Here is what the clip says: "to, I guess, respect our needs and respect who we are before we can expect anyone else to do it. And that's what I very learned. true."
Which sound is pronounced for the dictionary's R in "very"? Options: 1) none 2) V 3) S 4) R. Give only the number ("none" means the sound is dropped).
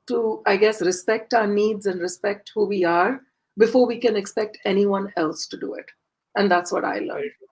1